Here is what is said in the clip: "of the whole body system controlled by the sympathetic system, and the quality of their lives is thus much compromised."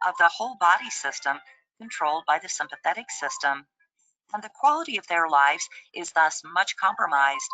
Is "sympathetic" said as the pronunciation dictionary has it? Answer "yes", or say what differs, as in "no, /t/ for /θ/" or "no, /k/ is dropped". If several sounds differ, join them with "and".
yes